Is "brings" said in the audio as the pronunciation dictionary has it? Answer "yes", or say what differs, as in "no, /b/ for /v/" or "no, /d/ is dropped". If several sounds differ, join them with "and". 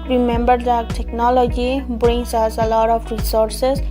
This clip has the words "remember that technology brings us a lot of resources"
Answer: no, /s/ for /z/